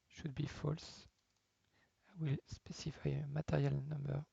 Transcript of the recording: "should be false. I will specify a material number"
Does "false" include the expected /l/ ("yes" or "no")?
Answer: yes